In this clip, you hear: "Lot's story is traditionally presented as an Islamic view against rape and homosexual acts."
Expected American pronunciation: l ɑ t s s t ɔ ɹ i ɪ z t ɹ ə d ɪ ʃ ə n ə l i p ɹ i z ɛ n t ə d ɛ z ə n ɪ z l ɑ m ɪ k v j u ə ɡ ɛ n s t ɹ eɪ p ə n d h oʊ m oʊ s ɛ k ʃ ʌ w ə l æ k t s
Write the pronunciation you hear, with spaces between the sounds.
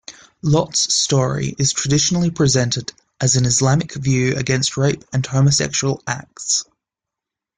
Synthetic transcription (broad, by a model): l ɑ t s s t ɔ ɹ i ɪ z t ɹ ə d ɪ ʃ ə n ə l i p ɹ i z ɛ n t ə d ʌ z ə n ɪ z l ɑ m ɪ k v j u ə ɡ ɛ n s t ɹ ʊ p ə n h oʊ m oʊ s ɛ k ʃ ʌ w ə l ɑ k t s